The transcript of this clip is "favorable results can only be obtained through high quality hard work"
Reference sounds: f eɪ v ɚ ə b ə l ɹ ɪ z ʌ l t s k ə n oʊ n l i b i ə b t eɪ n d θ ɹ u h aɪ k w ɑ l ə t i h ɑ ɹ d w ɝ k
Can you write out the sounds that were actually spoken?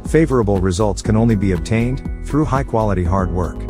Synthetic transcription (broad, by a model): f eɪ v ɚ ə b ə l ɹ ɪ z ʌ l t s k ə n oʊ n l i b i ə b t eɪ n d θ ɹ u h aɪ k w ɑ l ə t i h ɑ ɹ d w ɝ k